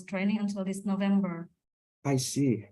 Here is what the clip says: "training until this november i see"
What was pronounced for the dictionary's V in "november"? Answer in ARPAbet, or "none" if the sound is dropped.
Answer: V